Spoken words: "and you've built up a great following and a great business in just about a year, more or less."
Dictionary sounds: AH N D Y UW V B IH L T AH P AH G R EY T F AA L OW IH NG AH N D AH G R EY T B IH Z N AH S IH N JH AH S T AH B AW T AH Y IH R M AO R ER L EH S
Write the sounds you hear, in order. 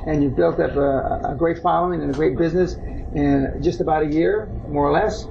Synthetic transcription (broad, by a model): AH N Y UW V B IH L T AH P AH G R EY T F AA L OW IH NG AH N AH G R EY T B IH Z N AH S IH N JH AH S T AH B AW T AH Y IH R M AO R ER L EH S